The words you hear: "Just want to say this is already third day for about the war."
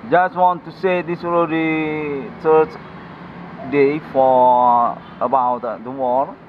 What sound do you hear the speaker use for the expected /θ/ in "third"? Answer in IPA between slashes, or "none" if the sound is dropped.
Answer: /s/